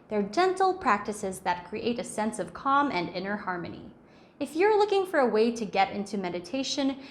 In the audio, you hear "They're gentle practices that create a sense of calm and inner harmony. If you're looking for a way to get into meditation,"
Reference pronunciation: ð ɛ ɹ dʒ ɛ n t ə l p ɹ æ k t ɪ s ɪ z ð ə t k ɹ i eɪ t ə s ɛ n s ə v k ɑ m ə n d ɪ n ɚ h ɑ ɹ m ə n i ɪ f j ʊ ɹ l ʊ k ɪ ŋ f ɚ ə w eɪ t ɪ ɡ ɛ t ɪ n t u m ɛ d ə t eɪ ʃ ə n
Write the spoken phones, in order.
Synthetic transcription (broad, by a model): ð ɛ ɹ dʒ ɛ n t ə l p ɹ æ k t ɪ s ɪ z ð ə t k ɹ i eɪ t ə s ɛ n s ə v k ɑ m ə n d ɪ n ɚ h ɑ ɹ m ə n i ɪ f j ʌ ɹ l ʊ k ɪ ŋ f ɚ ə w eɪ t ɪ ɡ ɛ t ɪ n t u m ɛ d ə t eɪ ʃ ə n